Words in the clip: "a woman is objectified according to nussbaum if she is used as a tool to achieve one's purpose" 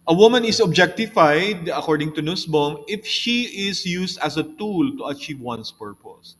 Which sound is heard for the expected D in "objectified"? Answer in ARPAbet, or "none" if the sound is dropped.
D